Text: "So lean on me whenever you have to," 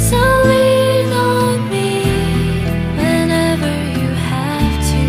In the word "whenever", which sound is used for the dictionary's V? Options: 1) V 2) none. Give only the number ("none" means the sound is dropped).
1